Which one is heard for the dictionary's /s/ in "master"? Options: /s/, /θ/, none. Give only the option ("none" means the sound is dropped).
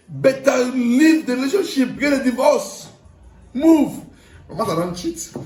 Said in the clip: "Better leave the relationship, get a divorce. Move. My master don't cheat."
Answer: none